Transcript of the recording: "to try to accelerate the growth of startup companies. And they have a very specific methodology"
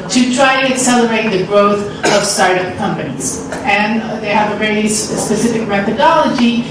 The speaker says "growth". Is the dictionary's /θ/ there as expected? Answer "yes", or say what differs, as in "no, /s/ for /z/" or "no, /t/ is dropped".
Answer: yes